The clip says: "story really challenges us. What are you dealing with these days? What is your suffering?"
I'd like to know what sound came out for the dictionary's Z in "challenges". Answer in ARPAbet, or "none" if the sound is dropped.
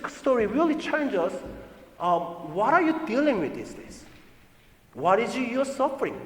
S